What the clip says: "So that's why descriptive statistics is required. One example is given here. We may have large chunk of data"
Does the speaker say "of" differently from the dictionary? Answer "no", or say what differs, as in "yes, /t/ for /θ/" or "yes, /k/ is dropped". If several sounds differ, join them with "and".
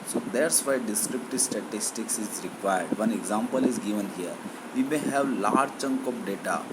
yes, /p/ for /v/